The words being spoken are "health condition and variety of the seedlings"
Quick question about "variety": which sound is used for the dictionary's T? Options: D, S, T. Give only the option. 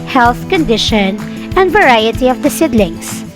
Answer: T